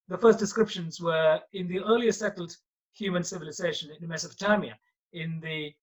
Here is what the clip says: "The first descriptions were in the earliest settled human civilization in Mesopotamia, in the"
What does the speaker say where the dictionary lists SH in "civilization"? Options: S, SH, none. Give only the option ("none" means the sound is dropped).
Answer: SH